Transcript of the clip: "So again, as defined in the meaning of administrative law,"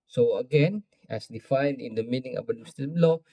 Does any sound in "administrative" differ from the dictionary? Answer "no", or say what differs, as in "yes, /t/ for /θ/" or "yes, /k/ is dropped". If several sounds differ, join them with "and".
yes, /ɹ/ is dropped